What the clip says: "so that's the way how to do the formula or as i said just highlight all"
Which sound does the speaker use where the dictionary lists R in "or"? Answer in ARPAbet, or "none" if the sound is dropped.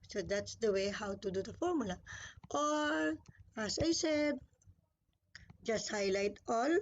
L